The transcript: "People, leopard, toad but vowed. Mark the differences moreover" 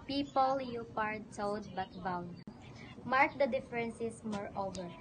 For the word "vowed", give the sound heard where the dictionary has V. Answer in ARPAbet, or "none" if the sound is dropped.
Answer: B